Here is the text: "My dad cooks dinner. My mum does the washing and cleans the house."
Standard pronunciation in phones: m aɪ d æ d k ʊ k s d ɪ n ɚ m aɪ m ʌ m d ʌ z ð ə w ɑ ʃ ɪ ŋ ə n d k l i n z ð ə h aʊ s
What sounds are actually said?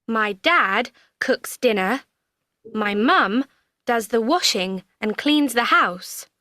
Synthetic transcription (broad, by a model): m aɪ d æ d k ʊ k s d ɪ n ɚ m aɪ m ʌ m d ʌ z ð ə w ɑ ʃ ɪ ŋ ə n k l i n z ð ə h aʊ s